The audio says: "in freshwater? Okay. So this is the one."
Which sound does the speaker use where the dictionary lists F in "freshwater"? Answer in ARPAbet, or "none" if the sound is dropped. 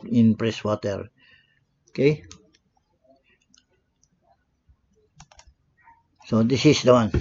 P